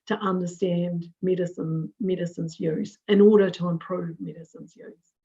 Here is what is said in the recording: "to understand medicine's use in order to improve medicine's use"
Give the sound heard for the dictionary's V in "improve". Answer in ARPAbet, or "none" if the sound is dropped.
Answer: V